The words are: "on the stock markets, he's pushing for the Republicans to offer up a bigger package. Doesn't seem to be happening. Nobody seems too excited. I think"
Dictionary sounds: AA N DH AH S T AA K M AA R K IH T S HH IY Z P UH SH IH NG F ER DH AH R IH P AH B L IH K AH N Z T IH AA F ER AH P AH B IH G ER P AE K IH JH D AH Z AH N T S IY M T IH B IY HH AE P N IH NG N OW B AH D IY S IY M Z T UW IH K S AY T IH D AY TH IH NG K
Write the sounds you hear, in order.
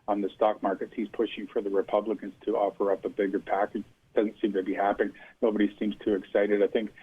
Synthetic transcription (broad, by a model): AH N DH AH S T AA K M AA R K IH T S HH IY Z P UH SH IH NG F ER DH AH R IH P AH B L IH K AH N Z T IH AA F ER AH P AH B IH G ER P AE K IH JH D AH Z AH N T S IY M T IH B IY HH AE P IH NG N OW B AH D IY S IY M Z T UW IH K S AY T IH D AY TH IH NG K